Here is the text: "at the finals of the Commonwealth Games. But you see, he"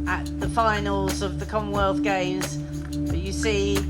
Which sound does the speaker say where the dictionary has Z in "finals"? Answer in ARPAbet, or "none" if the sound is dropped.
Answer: Z